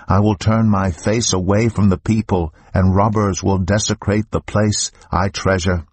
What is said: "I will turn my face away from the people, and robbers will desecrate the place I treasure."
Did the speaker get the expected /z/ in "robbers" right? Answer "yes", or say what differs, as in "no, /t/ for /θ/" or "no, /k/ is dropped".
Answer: yes